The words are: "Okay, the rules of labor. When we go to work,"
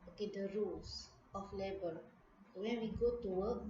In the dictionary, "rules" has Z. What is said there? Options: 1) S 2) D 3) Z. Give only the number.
1